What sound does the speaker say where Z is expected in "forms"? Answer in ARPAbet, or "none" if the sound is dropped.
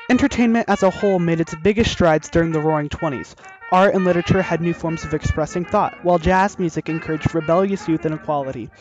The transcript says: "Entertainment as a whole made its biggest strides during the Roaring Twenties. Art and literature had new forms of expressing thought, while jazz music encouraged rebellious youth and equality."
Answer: Z